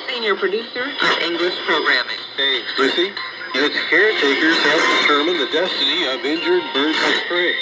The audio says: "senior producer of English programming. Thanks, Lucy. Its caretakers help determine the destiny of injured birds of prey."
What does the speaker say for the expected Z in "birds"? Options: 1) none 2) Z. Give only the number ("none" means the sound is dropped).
1